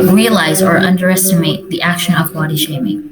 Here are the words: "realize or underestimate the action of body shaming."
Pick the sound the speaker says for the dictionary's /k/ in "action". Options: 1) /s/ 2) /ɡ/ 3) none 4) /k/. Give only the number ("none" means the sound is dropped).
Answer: 4